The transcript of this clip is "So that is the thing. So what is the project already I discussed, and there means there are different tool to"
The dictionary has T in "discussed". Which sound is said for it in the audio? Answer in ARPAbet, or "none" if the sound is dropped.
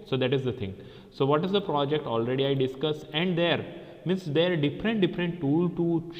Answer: none